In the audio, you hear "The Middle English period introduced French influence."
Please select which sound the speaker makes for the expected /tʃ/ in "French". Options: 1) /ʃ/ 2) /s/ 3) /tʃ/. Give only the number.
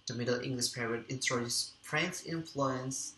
2